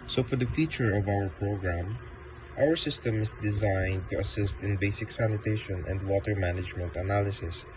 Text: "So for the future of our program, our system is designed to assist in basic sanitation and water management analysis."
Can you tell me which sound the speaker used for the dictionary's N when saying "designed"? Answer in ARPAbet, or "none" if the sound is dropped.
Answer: N